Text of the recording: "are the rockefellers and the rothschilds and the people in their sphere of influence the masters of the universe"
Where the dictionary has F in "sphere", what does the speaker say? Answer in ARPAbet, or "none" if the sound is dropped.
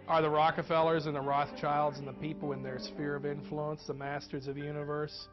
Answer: F